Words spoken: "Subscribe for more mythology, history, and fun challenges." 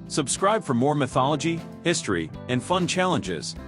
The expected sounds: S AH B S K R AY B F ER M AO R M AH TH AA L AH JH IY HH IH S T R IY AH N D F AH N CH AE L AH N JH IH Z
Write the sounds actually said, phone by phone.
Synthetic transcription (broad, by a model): S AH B S K R AY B F ER M AO R M AH TH AA L AH JH IY HH IH S T R IY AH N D F AH N CH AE L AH N JH IH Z